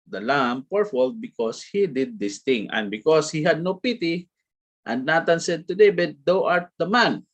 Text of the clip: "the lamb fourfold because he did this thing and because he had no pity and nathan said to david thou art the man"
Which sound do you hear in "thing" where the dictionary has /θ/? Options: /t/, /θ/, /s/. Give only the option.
/t/